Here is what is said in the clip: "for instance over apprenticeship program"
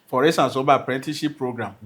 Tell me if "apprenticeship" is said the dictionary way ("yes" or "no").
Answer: no